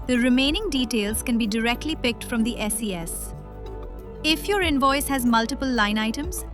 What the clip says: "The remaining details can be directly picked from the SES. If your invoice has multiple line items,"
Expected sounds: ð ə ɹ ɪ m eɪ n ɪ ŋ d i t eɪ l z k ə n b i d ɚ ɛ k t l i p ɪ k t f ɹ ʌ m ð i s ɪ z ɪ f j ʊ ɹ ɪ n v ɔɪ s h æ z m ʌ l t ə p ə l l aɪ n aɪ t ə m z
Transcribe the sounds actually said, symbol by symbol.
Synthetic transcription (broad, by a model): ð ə ɹ ɪ m eɪ n ɪ ŋ d i t eɪ l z k ə n b i d ɚ ɛ k t l i p ɪ k t f ɹ ʌ m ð i s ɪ s ɪ f j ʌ ɹ ɪ n v ɔɪ s h æ z m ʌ l t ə p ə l l aɪ n aɪ t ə m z